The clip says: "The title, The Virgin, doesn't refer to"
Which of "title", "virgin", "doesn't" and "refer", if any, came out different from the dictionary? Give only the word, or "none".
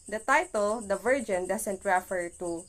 doesn't